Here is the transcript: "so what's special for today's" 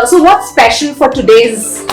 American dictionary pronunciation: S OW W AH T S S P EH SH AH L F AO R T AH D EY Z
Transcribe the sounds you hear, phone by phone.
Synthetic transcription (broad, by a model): S OW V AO T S S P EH SH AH N F AO R T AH D EY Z